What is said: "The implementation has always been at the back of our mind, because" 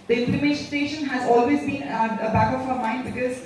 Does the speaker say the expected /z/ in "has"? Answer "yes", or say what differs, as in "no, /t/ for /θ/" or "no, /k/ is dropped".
yes